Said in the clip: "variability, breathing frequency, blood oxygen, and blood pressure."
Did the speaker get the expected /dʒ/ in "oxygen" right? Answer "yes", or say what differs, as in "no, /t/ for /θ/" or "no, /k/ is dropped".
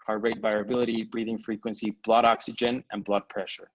yes